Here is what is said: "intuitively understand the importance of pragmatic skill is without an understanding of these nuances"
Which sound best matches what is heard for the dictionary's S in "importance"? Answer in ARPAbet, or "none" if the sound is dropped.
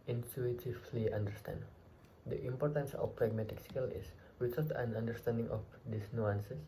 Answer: S